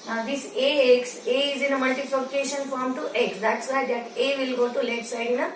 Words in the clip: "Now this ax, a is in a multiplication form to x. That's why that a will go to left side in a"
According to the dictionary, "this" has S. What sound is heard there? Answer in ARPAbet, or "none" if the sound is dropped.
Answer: none